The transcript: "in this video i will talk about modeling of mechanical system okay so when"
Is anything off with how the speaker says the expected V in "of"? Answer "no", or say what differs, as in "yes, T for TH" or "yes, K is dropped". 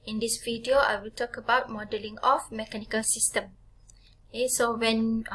yes, F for V